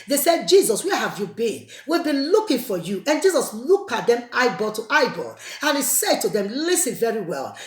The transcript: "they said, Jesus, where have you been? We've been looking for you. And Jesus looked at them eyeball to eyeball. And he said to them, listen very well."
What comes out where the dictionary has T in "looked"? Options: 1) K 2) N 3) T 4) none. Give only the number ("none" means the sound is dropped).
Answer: 4